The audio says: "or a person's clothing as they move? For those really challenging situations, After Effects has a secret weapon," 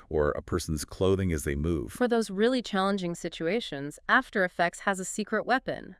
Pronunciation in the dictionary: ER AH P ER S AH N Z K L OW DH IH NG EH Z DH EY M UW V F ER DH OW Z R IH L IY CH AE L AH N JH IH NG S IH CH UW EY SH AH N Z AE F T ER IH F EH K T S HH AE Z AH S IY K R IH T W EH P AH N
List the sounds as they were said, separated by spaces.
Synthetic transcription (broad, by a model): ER AH P ER S N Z K L OW DH IH NG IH Z DH EY M UW V F ER DH OW Z R IH L IY CH AE L AH N JH IH NG S IH CH UW EY SH AH N Z AE F T ER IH F EH K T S HH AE Z AH S IY K R IH T W EH P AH N